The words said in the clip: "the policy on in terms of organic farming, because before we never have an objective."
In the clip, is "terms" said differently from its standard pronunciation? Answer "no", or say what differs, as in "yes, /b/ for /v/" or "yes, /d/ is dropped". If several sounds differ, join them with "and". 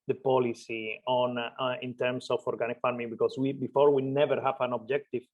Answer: yes, /s/ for /z/